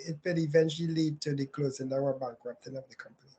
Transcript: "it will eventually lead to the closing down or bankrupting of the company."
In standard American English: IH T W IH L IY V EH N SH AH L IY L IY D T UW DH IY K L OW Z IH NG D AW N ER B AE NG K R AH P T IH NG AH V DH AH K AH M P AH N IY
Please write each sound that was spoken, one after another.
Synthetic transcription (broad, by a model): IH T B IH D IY V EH N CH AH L IY L IY D T UW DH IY K L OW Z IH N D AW ER B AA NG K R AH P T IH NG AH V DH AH K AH M P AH N IY